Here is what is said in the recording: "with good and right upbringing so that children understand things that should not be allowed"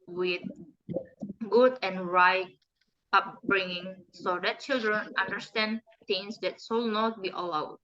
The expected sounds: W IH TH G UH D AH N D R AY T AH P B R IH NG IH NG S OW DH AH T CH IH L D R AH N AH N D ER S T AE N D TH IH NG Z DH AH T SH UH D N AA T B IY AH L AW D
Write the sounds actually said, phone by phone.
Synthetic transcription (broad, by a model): W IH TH G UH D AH N R AY T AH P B R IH NG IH NG S OW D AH T CH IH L D R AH N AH N D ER S T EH N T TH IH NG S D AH T S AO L N AA T B IY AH L AW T